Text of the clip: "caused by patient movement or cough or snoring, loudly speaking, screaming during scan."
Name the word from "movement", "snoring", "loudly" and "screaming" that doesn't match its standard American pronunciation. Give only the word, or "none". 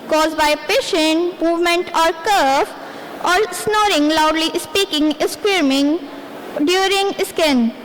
screaming